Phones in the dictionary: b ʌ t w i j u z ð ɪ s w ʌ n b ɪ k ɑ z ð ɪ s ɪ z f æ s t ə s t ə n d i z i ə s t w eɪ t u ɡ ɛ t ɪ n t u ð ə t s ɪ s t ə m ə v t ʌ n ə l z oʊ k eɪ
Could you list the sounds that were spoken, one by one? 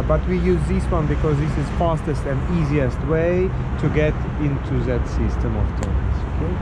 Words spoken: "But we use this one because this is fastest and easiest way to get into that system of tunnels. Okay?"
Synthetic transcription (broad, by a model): b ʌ t w i j u z ð ɪ s w ʌ n b ɪ k ɑ z ð ɪ s ɪ z f æ s t ə s t ə n d i z i ə s t w eɪ t u ɡ ɛ t ɪ n t u ð ə t s ɪ s t ə m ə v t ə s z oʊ k eɪ